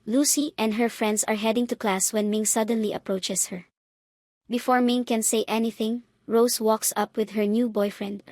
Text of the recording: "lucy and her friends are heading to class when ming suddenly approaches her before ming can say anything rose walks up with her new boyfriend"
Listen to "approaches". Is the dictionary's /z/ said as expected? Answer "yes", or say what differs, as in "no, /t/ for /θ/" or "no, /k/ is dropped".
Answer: no, /s/ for /z/